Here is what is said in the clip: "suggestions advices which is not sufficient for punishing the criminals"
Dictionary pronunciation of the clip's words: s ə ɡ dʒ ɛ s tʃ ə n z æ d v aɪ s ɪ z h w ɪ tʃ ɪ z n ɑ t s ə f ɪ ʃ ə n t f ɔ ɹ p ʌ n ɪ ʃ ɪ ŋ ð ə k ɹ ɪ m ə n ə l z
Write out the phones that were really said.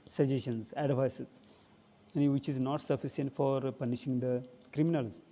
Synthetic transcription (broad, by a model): s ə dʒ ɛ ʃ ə n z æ d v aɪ s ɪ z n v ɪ tʃ ɪ z n ɑ t s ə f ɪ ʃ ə n t f ɔ ɹ p ʌ n ɪ ʃ ɪ ŋ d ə k ɹ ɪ m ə n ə l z